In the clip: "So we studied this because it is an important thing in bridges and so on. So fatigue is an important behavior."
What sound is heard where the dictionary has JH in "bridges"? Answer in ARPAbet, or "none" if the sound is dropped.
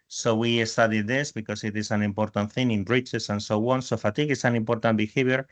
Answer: CH